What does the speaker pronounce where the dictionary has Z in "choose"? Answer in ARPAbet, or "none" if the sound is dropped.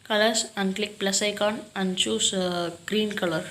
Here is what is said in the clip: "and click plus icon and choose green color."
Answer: S